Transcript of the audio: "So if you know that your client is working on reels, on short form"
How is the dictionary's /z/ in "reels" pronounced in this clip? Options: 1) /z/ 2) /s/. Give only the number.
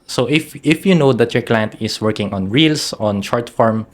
2